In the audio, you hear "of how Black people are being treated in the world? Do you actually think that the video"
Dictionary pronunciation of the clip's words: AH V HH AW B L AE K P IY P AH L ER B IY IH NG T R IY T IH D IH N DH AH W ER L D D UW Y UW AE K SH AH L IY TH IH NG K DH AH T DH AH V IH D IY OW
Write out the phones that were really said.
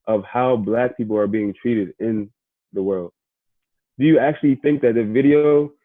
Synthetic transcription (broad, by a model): AH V HH AW B L AE K P IY P L ER B IY IH NG T R IY T IH D IH N DH AH W ER L D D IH Y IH AE K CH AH L IY TH IH NG K DH AH T DH AH V IH D IY OW